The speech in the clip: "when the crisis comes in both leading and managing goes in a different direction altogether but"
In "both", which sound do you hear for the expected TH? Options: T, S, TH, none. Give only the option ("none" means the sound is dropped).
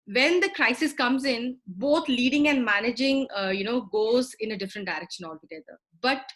T